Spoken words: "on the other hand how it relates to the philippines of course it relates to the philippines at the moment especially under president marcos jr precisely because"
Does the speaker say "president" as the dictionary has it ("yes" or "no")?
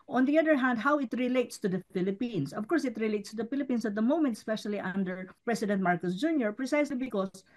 no